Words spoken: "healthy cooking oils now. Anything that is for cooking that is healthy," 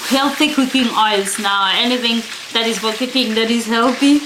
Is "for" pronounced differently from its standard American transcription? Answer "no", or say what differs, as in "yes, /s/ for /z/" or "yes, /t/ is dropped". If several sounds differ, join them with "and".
yes, /l/ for /ɹ/